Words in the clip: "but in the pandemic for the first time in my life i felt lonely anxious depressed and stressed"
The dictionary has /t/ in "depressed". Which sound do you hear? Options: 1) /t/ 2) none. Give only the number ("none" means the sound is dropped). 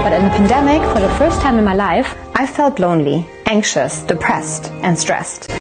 1